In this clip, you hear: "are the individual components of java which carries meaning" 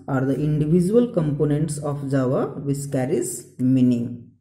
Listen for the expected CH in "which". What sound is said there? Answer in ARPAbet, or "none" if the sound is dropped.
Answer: S